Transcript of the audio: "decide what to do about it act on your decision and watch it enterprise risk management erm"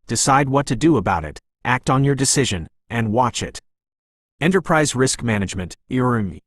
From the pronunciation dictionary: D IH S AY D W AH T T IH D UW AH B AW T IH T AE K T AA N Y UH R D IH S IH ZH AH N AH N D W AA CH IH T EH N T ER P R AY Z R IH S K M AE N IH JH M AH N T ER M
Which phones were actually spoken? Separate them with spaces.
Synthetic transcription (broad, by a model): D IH S AY D W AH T T IH D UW AH B AW T IH T AE K T N Y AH R D IH S IH ZH AH N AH N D W AA CH IH T EH N T ER P R AY Z R IH S K M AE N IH JH M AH N T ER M